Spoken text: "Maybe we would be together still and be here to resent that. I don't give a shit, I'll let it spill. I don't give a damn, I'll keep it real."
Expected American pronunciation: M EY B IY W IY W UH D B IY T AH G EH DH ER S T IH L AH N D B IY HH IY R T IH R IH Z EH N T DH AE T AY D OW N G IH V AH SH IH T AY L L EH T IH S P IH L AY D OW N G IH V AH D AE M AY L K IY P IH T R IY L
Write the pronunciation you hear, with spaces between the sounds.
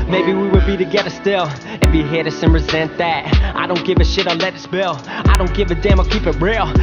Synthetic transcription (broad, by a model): M EY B IY W IY W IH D B IY T AH G EH DH ER S T IH L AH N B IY HH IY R S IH R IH Z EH N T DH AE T AY D OW N G IH V AH SH IH T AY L L EH T IH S B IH L AY D OW N G IH V AH D AE M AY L K IY P IH T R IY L